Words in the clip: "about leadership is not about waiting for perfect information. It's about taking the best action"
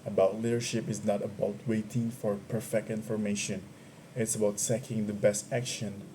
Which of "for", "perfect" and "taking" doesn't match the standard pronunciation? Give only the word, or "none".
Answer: taking